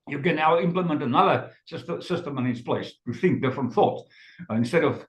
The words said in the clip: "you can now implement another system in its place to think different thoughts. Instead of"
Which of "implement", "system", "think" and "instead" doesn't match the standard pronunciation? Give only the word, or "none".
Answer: none